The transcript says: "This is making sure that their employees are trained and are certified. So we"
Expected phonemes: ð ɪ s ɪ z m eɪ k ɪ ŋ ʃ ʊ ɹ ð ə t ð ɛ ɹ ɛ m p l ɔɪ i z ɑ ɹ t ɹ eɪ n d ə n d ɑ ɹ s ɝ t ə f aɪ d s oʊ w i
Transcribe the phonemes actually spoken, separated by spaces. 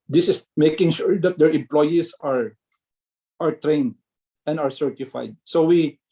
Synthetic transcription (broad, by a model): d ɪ s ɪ s m eɪ k ɪ ŋ ʃ ʊ ɹ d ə t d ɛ ɹ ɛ m p l ɔɪ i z ɑ ɹ t ɹ eɪ n d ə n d ɑ ɹ s ɝ t ə f aɪ d s oʊ w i